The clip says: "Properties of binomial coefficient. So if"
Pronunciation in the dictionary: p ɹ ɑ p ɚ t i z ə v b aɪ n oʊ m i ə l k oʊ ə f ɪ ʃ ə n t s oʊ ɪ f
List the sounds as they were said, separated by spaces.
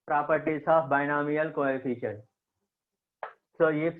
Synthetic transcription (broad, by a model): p ɹ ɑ p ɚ t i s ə f b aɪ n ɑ m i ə l k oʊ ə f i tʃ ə t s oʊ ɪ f